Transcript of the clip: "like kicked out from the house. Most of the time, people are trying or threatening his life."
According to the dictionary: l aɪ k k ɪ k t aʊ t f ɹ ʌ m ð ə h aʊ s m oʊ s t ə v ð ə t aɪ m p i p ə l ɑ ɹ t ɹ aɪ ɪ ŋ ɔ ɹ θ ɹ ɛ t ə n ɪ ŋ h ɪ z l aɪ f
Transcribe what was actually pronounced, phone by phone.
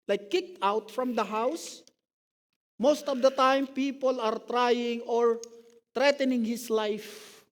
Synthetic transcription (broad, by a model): l aɪ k k ɪ k t aʊ t f ɹ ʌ m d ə h aʊ s m oʊ s t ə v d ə t aɪ m p i p ə l ɑ ɹ t ɹ aɪ ɪ ŋ ɔ ɹ t ɹ ɛ t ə n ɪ ŋ h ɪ s l aɪ f